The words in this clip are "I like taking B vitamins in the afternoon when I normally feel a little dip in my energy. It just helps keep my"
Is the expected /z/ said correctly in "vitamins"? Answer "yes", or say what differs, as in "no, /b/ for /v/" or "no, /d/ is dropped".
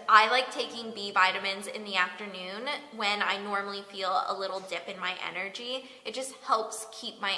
yes